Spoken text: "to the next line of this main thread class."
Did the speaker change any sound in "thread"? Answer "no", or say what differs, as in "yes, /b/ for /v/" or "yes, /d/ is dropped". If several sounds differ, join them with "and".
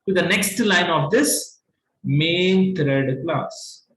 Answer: yes, /t/ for /θ/